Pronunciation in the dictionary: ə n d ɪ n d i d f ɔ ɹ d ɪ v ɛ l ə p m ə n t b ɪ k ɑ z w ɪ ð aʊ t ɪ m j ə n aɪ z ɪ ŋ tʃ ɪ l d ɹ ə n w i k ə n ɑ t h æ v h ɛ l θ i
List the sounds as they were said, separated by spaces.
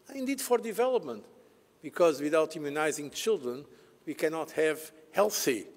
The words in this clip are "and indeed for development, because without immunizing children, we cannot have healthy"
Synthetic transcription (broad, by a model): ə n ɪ n d i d f ɔ ɹ d ɪ v ɛ l ə p m ə n t b ɪ k ɑ z w ɪ ð aʊ t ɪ m j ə n aɪ z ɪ ŋ tʃ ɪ l d ɹ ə n w i k ə n ɑ t h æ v h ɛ l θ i